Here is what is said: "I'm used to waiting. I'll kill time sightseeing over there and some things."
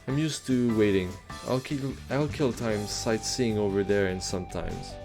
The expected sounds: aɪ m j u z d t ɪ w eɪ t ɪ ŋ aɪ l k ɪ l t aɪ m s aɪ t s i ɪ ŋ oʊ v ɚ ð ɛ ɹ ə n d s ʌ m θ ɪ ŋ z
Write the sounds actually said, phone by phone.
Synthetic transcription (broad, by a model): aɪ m j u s t ɪ w eɪ t ɪ ŋ aɪ l k ɪ l t aɪ m s aɪ t s i ɪ ŋ oʊ v ɚ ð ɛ ɹ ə n s ʌ m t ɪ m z